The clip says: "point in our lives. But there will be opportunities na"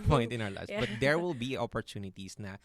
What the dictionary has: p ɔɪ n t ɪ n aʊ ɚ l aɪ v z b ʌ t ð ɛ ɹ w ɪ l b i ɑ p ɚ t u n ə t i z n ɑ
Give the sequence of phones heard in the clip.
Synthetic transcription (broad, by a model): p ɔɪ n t ɪ n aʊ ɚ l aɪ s b ʌ t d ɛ ɹ w ɪ l b i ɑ p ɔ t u n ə t i s n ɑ